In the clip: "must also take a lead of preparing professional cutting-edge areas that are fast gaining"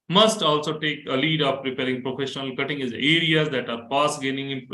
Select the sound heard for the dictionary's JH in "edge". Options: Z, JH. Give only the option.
Z